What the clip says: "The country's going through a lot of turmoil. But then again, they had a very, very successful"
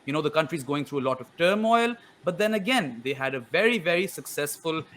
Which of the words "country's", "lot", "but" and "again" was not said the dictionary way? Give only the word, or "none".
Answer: none